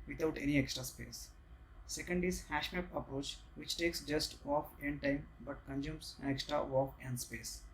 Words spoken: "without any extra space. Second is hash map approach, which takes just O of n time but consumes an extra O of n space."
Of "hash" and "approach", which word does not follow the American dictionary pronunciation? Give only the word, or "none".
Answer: none